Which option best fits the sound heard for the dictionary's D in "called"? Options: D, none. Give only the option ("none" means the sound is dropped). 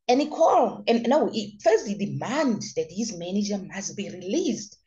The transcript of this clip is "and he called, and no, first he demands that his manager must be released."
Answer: none